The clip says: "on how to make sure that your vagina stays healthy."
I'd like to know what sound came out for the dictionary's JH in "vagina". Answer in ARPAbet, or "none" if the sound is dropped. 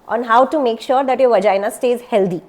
JH